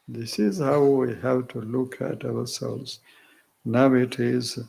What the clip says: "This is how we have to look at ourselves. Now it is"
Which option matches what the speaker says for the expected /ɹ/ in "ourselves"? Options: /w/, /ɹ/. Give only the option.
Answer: /w/